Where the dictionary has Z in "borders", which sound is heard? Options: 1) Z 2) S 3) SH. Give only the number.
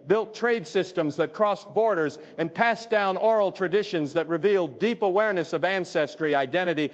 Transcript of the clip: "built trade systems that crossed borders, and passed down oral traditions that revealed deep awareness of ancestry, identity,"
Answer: 1